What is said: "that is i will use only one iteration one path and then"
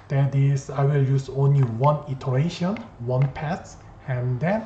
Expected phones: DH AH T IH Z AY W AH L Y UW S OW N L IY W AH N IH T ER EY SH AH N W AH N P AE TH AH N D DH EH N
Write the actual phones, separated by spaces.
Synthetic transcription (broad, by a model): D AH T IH S AY W AH L Y UW S OW N L IY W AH N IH T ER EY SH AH N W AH N P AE T AH N D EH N